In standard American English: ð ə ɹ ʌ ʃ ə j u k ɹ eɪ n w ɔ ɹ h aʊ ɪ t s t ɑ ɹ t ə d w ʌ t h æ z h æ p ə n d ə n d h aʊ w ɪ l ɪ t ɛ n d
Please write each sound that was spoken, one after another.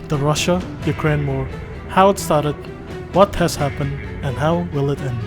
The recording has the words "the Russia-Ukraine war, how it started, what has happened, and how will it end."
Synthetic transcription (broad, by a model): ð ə ɹ ʌ ʃ ə j u k ɹ eɪ n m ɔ ɹ h aʊ ɪ t s t ɑ ɹ t ə d w ʌ t h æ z h æ p ə n d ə n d h aʊ w ɪ l ɪ t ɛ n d